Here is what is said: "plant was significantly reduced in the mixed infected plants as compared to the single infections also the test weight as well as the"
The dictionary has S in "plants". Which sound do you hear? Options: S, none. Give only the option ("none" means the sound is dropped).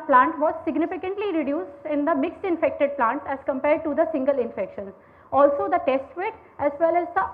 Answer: none